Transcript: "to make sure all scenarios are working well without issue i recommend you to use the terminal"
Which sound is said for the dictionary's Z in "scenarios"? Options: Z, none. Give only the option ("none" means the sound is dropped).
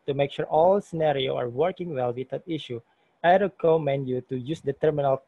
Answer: none